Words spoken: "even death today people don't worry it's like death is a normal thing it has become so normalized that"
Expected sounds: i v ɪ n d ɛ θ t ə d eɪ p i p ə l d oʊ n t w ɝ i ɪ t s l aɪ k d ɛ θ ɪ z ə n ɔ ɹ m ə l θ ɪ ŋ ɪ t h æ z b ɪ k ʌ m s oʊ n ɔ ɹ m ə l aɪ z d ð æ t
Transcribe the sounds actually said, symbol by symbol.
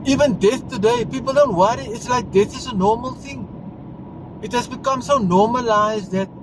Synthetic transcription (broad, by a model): i v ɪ n d ɛ θ t ə d eɪ p i p ə l d oʊ n t w ɝ i ɪ t s l aɪ k d ɛ θ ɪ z ə n ɔ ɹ m ə l θ ɪ ŋ ɪ t h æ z b ɪ k ʌ m s oʊ n ɔ m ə l aɪ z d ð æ t